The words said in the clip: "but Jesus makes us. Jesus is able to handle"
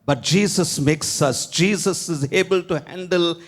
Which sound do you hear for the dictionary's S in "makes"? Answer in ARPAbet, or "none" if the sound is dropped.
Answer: S